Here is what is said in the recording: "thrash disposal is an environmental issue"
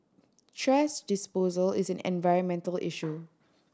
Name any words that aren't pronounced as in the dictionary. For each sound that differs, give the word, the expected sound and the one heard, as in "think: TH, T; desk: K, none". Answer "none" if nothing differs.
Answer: thrash: TH, T; thrash: SH, S